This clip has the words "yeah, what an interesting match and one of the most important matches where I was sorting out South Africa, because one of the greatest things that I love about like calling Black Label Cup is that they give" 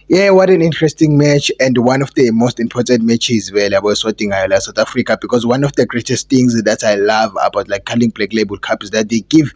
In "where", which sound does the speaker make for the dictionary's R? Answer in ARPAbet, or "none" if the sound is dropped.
L